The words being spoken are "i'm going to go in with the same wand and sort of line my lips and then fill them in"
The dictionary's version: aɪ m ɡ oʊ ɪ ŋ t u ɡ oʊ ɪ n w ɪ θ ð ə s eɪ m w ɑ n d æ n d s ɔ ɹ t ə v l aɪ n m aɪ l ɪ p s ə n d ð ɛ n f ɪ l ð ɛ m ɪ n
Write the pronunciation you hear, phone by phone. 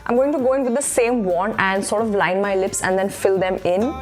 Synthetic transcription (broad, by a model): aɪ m ɡ oʊ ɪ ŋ t u ɡ oʊ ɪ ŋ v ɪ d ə s eɪ m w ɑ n æ n d s ɔ ɹ t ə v l aɪ n m aɪ l ɪ p s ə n d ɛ n f ɪ l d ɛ m ɪ n